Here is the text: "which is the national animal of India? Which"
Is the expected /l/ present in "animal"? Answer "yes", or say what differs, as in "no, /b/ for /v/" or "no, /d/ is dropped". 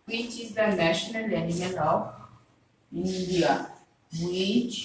no, /n/ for /l/